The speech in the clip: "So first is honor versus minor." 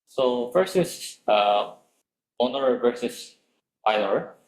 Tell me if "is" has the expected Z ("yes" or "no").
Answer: no